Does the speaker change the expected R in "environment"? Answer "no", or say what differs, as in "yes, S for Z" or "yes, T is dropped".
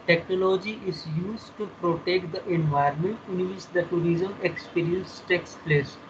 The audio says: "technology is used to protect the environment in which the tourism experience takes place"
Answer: yes, R is dropped